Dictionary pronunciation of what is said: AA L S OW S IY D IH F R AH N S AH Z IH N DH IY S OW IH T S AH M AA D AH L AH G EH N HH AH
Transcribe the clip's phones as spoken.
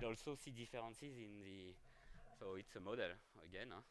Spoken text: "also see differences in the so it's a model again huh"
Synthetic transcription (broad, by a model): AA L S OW S IY D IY F R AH S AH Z IH N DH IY S OW IH T S AH M AA D AH L AH G EH N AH